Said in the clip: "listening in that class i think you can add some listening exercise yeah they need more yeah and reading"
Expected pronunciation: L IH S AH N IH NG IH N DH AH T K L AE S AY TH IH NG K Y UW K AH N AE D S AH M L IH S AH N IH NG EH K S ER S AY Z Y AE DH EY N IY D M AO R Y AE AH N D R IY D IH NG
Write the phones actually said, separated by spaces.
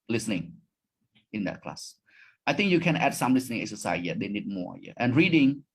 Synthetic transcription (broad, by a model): L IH S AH N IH NG IH N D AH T K L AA S AY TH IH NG K Y UW K AH N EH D S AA M L IH S AH N IH NG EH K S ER S AY Y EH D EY N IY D M AO R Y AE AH N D R IY D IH NG